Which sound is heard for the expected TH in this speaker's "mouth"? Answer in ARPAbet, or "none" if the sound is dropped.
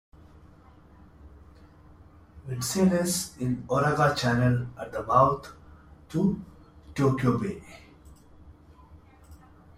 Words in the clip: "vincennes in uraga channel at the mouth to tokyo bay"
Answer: T